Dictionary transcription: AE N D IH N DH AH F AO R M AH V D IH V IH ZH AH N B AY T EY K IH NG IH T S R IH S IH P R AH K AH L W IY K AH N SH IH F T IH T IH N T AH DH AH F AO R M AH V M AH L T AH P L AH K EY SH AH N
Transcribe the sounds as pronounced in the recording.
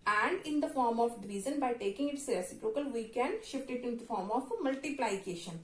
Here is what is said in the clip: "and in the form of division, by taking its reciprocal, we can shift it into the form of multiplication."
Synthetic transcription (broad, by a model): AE N D IH N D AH F AO R M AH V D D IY Z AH N B AY T EY K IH NG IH T S R IH S IH P R AH K AH L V IY K AH N SH IH F T IH T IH N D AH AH F AO R M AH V M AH L T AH P L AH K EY SH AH N